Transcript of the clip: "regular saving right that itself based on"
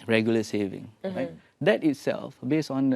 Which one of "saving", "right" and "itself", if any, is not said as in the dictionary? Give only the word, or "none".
none